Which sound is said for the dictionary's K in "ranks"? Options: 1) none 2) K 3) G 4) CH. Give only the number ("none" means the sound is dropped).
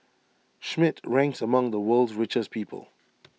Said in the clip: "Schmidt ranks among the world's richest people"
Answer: 2